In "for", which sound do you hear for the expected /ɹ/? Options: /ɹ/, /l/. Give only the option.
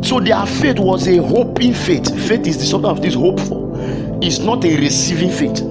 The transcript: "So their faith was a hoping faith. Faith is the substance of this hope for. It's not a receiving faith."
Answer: /l/